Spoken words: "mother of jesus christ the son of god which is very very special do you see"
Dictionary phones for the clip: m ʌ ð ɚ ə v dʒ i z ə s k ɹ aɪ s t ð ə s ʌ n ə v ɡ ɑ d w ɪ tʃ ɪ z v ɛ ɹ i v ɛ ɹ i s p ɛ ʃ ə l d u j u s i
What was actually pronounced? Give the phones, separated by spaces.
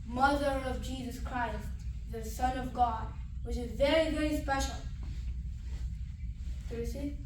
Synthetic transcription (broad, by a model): m ʌ ð ɚ ə v dʒ i z ə s k ɹ aɪ s t ð ə s ʌ n ə v ɡ ɑ d w ɪ tʃ ɪ z v ɛ ɹ i v ɛ ɹ i s p ɛ ʃ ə l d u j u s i